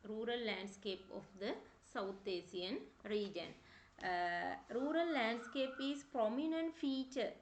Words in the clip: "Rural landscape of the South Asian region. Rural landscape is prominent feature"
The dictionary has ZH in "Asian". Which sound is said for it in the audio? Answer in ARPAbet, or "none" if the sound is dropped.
S